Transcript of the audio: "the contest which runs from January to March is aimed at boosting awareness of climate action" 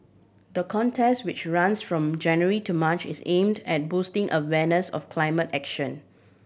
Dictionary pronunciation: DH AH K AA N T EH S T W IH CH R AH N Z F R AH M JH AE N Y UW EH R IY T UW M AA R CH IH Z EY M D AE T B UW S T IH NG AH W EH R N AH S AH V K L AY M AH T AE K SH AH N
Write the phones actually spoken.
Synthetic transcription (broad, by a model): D AH K AA N T EH S T W IH CH R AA N S F R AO M JH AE N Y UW R IY T UW M AA CH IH S EY M D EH T B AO S T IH NG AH W EH N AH S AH F K L AY M AH T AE K SH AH N